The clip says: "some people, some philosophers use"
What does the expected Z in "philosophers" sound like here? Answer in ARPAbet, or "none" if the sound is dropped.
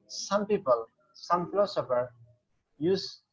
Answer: none